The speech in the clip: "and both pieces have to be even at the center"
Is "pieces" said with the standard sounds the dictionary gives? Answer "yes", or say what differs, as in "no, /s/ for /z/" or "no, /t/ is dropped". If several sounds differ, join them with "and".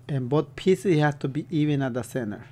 no, /z/ is dropped